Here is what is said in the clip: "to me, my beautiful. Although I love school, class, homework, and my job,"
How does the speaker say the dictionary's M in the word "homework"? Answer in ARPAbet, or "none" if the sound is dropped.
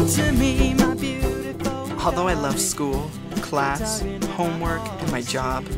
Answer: M